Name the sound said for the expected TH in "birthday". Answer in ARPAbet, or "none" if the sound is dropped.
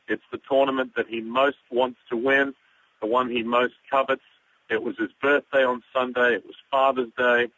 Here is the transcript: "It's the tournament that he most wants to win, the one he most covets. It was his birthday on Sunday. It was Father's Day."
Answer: TH